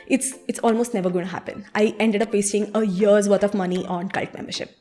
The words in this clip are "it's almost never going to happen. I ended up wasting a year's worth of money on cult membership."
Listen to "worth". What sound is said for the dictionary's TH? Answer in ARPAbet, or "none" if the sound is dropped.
T